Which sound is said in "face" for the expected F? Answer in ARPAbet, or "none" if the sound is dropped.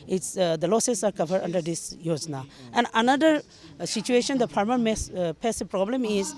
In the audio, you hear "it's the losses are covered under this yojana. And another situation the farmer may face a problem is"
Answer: P